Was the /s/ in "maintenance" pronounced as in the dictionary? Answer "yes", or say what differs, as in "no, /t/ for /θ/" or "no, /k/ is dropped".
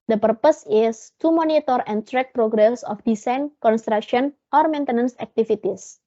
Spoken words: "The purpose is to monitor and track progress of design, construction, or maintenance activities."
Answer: yes